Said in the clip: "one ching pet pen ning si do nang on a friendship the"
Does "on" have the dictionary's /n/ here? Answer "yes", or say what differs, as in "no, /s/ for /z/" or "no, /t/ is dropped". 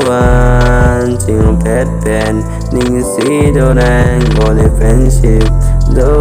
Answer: no, /l/ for /n/